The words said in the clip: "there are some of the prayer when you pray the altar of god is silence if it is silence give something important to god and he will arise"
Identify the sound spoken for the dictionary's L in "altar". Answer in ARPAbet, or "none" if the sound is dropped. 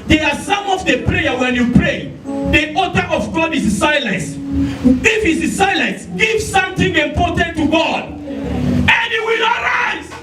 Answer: none